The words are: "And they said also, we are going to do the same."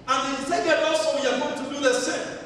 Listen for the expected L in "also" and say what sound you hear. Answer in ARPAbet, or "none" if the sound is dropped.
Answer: none